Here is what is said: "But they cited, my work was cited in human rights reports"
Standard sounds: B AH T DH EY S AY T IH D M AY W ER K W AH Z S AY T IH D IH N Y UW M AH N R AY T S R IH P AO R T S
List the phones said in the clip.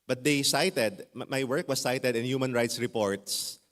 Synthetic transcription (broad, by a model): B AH T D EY S AY T IH D M AY W ER K W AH S AY T IH D IH N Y UW M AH N R AY T S R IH P AO R T S